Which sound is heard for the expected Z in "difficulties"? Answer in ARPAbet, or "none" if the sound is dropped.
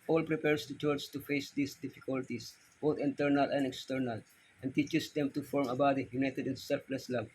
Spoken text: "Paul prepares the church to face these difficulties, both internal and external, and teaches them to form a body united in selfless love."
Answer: S